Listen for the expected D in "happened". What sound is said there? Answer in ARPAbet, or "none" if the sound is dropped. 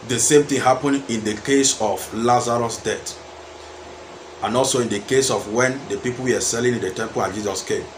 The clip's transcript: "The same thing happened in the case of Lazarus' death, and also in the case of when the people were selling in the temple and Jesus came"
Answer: none